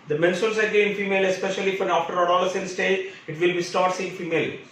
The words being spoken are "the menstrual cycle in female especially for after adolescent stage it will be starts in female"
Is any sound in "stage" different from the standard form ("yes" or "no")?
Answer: yes